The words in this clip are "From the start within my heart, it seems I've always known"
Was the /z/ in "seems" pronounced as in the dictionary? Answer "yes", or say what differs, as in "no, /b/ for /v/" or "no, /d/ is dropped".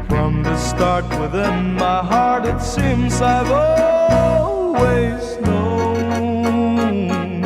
yes